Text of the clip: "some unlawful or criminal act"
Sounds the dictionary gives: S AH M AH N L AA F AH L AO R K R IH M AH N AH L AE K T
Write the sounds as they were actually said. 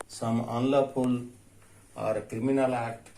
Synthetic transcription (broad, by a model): S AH M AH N L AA P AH L AO R K R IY M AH N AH L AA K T